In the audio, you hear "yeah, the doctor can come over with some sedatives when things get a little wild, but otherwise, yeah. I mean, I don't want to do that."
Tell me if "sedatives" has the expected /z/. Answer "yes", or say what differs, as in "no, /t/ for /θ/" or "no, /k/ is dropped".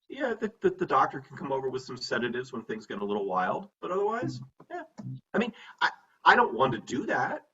yes